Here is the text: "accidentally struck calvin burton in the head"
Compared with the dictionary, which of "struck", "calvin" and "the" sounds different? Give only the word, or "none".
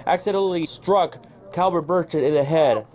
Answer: calvin